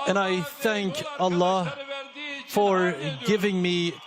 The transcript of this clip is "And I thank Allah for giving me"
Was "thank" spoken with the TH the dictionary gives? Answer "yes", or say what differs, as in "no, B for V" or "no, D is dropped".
yes